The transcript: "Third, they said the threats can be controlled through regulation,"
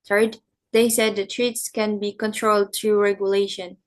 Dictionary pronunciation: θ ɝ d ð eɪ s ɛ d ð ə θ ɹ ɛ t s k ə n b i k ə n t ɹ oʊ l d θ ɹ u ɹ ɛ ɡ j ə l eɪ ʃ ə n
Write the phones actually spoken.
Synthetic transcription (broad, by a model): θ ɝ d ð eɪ s ɛ d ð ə t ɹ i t s k ə n b i k ə n t ɹ oʊ l d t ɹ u ɹ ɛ ɡ j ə l eɪ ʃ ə n